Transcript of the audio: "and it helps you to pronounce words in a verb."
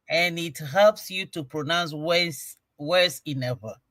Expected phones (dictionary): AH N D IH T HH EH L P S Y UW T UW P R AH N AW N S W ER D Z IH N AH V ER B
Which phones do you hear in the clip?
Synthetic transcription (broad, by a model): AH N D IH T HH EH L P S Y UW T UW P R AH N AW N S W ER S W IH N AH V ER